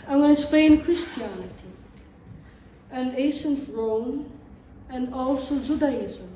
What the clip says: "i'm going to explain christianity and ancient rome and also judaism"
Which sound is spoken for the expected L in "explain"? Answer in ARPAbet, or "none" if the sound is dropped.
none